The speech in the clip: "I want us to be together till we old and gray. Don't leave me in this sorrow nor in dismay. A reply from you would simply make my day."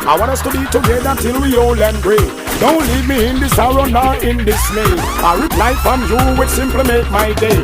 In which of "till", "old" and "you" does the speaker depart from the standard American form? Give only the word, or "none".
old